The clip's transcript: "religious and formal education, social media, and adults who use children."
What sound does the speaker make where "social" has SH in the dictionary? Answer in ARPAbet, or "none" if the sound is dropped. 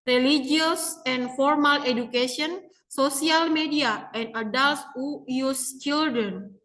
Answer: S